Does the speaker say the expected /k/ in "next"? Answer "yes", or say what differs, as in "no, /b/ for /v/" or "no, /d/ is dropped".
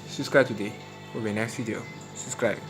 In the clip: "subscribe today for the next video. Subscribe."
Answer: yes